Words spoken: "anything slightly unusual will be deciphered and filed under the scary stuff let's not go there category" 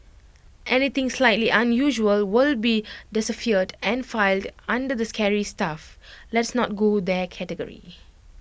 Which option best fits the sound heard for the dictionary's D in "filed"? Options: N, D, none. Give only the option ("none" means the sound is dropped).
D